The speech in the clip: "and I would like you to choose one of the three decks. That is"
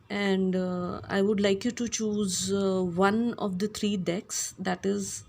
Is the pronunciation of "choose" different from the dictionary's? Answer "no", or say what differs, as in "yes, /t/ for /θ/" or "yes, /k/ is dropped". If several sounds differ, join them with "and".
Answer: no